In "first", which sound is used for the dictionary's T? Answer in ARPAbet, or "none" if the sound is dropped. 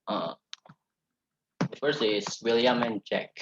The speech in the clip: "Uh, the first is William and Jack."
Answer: none